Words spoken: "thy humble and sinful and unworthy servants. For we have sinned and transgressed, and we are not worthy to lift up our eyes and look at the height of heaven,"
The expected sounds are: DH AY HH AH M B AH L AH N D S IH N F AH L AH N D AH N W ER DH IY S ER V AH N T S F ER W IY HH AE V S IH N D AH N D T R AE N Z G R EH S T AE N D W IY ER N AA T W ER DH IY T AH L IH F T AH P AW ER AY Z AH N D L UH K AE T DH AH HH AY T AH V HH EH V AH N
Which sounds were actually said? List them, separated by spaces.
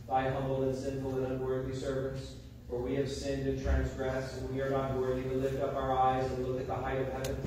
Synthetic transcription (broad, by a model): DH AY HH AH M B L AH N S IH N F L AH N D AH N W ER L IY S ER V AH N T S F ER W IY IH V S IH N D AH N T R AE N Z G R EH S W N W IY ER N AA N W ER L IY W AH L IH F T AH P AW ER AY Z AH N L UH K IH T DH AH HH AY T AH V HH EH V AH N